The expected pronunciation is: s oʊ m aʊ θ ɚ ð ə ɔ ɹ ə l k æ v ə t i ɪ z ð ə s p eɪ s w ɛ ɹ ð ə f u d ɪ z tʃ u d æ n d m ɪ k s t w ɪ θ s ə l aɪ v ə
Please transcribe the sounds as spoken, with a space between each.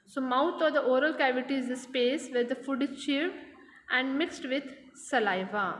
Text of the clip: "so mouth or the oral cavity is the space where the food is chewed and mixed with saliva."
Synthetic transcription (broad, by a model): s oʊ m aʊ t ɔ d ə ɔ ɹ ə l k æ v ə t i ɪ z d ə s p eɪ s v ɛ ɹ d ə f u d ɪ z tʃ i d æ n d m ɪ k s t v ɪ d s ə l aɪ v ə